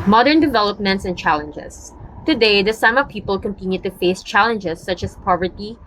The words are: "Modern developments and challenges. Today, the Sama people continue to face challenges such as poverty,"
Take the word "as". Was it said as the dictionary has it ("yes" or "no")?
no